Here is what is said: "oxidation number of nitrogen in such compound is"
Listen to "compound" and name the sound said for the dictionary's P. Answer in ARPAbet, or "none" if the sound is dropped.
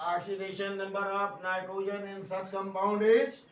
B